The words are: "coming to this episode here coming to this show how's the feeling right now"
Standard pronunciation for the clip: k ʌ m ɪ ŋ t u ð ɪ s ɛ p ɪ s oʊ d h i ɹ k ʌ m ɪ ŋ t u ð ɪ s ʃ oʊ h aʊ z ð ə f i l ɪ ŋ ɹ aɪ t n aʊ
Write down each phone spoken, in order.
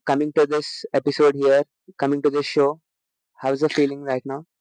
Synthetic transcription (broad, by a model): k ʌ m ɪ ŋ t u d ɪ s ɛ p ɪ s oʊ d h i ɹ k ʌ m ɪ ŋ t u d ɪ s ʃ oʊ h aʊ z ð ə f i l ɪ ŋ ɹ aɪ t n aʊ